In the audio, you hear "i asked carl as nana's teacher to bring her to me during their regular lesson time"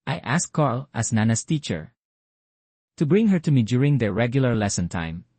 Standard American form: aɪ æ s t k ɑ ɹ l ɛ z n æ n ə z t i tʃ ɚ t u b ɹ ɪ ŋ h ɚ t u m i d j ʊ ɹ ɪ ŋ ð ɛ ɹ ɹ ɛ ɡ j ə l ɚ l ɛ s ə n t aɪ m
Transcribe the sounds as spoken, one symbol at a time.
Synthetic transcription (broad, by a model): aɪ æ s k ɑ ɹ l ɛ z n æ n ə s t i tʃ ɚ t u b ɹ ɪ ŋ h ɚ t u m i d j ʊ ɹ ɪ ŋ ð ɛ ɹ ɹ ɛ ɡ j ə l ɚ l ɛ s ə n t aɪ m